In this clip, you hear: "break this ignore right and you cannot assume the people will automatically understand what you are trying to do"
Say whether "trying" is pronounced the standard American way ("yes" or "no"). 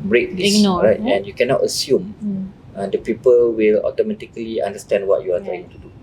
no